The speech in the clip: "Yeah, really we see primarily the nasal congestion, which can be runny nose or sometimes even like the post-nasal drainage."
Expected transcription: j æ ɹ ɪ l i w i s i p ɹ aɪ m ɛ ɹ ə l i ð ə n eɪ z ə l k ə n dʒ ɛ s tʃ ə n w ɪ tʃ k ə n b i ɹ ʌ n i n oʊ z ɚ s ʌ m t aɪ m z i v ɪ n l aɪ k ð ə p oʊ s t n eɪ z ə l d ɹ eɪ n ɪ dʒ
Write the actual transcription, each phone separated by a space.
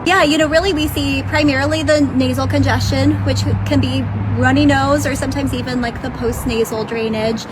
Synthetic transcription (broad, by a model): j æ ɹ ɪ l i w i s i p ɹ aɪ m ɛ ɹ l i ð ə n eɪ z l k ə n dʒ ɛ s tʃ ə n w ɪ tʃ k ə n b i ɹ ʌ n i n oʊ z ɚ s ʌ m t aɪ m z i v ɪ n l aɪ k ð ə p oʊ s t n eɪ z l d ɹ eɪ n ɪ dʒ